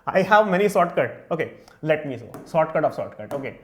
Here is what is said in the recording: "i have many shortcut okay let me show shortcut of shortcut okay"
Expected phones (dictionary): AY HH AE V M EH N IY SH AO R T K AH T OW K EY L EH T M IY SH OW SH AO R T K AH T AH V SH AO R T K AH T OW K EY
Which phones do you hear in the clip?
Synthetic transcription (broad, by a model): AY HH AE V M EH N IY S AO T K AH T OW K EY L EH T M IY S OW S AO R T K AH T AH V S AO T K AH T OW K EY